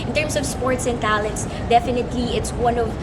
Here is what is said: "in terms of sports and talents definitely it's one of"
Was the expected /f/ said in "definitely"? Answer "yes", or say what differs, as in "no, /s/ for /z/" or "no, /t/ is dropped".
yes